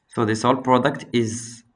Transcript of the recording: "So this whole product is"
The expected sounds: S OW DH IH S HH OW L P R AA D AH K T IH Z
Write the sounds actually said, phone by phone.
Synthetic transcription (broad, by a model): S OW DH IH S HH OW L P R AA D AH K T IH Z